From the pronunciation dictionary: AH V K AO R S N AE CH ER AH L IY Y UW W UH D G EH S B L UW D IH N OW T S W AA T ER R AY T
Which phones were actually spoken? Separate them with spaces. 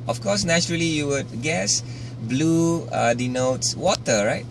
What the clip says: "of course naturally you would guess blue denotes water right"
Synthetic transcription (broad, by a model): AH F K AO S N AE CH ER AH L IY Y UW W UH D G EH S B L UW D IH N OW T S W AA T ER R AY T